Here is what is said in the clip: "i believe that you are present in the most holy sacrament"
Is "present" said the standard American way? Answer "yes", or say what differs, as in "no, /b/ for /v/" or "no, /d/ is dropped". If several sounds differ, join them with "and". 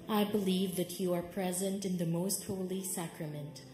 yes